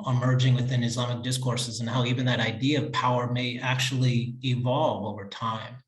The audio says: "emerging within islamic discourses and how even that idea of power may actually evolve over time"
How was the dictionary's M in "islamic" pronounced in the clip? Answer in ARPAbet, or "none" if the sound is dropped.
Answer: M